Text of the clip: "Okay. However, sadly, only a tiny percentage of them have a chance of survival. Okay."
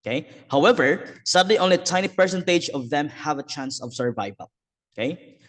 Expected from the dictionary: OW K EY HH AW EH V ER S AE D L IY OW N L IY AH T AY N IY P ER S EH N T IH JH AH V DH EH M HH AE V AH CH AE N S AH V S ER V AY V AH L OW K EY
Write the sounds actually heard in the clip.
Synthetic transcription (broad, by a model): K EY HH AW EH V ER S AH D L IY OW N L IY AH T AY N IY P ER S EH N T IH JH AH V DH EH M HH AE V AH CH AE N S AH V S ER V AY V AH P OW K EY